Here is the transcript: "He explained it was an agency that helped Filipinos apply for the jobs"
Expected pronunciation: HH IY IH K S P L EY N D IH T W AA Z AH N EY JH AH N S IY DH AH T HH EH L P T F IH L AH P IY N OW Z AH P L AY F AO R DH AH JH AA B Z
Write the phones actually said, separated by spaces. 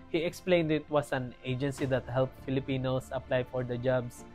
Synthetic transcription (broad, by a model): HH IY IH K S P L EY N D IH T W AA S AH N EY JH AH N S IY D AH T HH EH L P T F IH L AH P IY N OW S AH P L AY F AO R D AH JH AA B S